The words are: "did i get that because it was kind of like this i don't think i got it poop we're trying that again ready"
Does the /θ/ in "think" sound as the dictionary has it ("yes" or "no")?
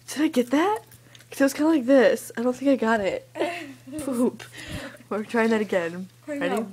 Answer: yes